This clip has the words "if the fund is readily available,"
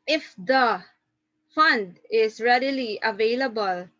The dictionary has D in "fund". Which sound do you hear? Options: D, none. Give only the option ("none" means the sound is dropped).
D